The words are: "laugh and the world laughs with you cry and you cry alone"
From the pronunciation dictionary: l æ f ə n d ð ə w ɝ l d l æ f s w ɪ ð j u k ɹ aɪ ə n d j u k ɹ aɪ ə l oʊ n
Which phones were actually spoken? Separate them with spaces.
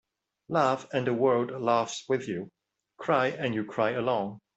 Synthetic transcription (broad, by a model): l æ f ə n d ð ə w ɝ d l æ f s w ɪ ð j u k ɹ aɪ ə n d j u k ɹ aɪ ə l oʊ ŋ